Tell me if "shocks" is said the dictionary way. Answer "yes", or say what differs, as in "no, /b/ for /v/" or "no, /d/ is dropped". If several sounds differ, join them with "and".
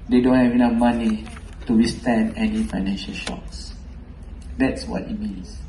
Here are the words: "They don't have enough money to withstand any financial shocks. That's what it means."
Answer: yes